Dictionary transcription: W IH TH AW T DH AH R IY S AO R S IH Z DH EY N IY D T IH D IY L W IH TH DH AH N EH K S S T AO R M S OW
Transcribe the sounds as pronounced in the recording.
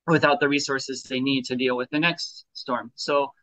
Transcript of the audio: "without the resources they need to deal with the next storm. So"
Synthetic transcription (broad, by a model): W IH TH AW T DH AH R IY S AO R S IH Z DH EY N IY D T IH D IY L W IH DH AH N EH K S S T AO R M S OW